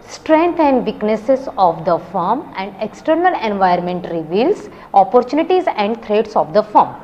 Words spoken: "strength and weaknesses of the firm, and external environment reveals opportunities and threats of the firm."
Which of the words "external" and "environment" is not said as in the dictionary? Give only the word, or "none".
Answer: environment